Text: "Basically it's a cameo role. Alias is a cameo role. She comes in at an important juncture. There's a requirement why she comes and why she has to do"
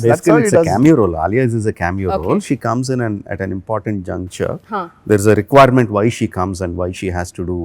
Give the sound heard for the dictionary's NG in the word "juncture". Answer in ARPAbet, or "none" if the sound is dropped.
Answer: NG